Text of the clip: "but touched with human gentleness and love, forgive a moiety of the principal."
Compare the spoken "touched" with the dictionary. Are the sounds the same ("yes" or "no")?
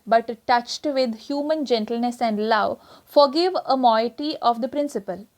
yes